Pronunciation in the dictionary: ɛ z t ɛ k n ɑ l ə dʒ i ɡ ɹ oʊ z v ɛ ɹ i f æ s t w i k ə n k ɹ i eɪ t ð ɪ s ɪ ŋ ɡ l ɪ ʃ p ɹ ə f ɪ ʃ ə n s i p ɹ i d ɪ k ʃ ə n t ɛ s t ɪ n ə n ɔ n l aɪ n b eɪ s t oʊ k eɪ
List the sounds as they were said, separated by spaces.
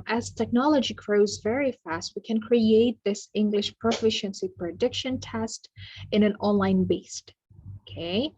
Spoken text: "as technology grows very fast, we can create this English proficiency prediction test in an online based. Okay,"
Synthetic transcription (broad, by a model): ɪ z t ɛ k n ɑ l ə dʒ i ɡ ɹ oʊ z v ɛ ɹ i f æ s t w i k ə n k ɹ i eɪ t ð ɪ s ɪ ŋ ɡ l ɪ ʃ p ɹ ə f ɪ ʃ ə n s i p ɹ i d ɪ k ʃ ə n t ɛ s t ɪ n ə n ɔ n l aɪ n b eɪ s t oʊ k eɪ